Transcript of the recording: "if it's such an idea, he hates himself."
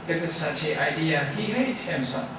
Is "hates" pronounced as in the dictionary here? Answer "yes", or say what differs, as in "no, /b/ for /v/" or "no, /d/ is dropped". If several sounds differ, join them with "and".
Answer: no, /s/ is dropped